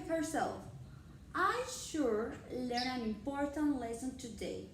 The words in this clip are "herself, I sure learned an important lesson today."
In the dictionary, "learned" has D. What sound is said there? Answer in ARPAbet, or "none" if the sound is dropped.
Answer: none